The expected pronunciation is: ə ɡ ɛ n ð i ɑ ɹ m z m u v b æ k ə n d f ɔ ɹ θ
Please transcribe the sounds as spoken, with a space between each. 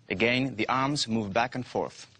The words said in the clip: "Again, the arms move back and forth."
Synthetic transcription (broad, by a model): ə ɡ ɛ n ð i ɑ ɹ m z m u v b æ k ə n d f ɔ ɹ θ